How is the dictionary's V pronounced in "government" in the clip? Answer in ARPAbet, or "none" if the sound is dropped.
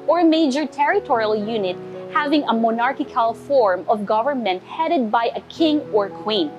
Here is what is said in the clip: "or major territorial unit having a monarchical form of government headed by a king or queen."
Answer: V